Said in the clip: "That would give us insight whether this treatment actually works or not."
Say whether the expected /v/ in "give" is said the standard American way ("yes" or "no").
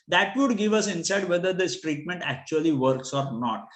yes